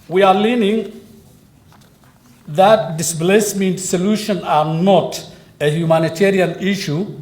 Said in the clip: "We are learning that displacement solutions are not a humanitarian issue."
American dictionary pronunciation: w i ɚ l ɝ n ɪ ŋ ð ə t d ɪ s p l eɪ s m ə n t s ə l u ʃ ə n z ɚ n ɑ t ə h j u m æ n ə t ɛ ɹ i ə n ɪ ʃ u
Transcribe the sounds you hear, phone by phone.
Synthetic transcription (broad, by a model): w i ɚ l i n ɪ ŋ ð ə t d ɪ s b l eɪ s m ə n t s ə l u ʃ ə n ɚ n ɑ t ə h j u m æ n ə t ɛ ɹ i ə n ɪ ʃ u